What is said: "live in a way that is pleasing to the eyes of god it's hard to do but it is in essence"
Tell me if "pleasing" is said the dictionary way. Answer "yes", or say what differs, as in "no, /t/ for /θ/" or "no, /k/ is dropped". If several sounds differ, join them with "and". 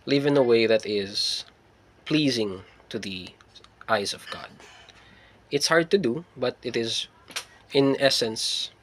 yes